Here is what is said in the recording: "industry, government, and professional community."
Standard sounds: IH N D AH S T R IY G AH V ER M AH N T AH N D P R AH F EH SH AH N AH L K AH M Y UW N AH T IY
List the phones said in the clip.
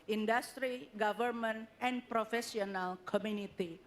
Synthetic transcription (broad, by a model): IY N D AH S T R IY G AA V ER M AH N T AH N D P R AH F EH S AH N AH L K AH M Y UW N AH T IY